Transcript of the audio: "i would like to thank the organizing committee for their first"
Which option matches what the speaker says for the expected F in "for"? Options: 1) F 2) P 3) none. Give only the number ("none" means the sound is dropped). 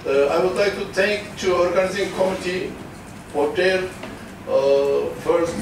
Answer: 2